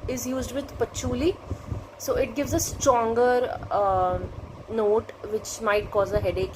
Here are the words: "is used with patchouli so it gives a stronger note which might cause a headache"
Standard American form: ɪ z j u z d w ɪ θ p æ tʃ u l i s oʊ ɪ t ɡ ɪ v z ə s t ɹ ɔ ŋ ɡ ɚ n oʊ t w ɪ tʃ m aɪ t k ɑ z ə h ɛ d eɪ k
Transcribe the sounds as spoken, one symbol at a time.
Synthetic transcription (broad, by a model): ɪ z j u z d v ɪ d p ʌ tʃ u l i s oʊ ɪ t ɡ ɪ v z ə s t ɹ ɔ ŋ ɡ ɚ n oʊ t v ɪ tʃ m aɪ t k ɑ z ə h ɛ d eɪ k